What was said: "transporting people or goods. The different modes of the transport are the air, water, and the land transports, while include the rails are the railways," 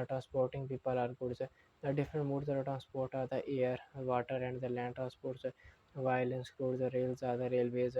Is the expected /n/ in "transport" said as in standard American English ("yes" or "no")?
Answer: yes